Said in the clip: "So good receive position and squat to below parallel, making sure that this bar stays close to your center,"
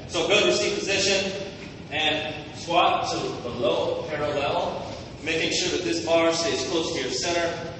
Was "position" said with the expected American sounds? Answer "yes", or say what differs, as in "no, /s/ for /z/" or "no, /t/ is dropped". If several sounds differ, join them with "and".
yes